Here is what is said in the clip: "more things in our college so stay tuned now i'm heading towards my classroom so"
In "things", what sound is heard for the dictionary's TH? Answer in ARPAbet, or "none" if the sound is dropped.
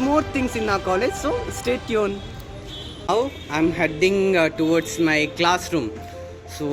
T